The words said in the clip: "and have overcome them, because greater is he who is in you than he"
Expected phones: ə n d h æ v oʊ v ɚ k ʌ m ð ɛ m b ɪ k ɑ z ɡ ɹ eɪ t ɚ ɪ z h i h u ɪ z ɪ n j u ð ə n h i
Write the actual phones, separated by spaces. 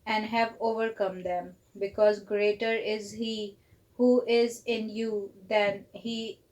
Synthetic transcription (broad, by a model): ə n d h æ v oʊ v ɚ k ʌ m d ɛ m b ɪ k ɑ z ɡ ɹ eɪ t ɚ ɪ z h i h u ɪ z ɪ n j u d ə n h i